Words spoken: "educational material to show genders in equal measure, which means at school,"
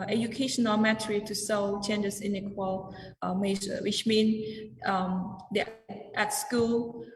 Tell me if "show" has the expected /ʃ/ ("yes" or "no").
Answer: no